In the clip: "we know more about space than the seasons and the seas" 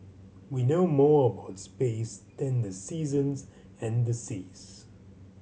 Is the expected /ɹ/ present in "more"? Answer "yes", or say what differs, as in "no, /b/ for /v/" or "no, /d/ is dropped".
yes